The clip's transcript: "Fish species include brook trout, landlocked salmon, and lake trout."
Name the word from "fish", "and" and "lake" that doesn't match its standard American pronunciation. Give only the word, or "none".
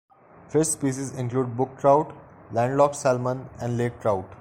fish